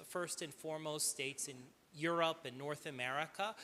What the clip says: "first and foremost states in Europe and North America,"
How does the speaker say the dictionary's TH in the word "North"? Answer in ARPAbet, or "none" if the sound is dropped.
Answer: TH